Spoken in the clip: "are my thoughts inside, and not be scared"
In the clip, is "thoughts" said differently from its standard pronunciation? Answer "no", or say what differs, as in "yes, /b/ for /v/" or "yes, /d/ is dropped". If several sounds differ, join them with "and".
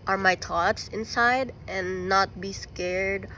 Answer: yes, /t/ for /θ/